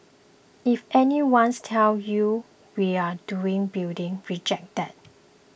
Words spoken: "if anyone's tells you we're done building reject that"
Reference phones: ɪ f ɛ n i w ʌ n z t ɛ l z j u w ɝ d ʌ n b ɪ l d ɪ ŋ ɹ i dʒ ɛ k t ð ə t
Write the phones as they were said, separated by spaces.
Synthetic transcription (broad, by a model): ɪ f ɛ n i w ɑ n s t ɛ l j u w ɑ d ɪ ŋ b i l d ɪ ŋ ɹ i dʒ ɛ k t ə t